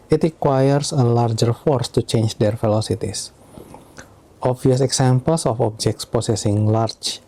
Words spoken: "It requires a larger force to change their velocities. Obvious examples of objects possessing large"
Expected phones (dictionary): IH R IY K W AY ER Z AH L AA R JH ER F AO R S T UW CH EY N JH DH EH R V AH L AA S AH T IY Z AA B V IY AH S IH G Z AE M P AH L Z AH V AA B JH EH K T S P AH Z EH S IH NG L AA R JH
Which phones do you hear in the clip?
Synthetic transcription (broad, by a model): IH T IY K W AY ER S AH L AA R JH ER F AO R S T UW CH EY N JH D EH R F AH L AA S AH T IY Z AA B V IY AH S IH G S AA M P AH L S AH F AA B JH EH K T S P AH S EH S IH NG L AA R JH